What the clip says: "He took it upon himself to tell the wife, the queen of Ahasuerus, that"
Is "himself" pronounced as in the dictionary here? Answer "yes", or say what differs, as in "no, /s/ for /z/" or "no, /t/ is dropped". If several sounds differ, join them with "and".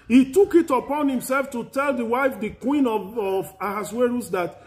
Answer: yes